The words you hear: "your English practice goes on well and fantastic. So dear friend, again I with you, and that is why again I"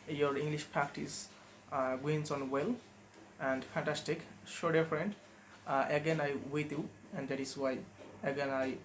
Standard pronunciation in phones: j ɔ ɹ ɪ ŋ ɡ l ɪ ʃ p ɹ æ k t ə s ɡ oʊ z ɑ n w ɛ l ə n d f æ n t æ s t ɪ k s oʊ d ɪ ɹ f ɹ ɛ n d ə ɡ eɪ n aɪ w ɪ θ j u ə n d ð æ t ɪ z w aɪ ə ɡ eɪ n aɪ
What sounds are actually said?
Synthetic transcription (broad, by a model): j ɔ ɹ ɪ ŋ ɡ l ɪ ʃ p æ k t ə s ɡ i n ɑ n w ɛ l ə n d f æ n t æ s t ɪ k ʃ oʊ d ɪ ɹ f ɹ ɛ n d ə ɡ eɪ n aɪ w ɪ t j u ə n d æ t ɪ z w aɪ ə ɡ eɪ n aɪ